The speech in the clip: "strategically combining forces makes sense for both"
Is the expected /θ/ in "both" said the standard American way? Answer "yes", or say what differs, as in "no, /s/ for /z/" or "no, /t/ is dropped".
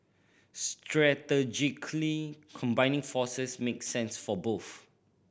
no, /f/ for /θ/